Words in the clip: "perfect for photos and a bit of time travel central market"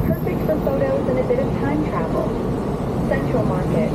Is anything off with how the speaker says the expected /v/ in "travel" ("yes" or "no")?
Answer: no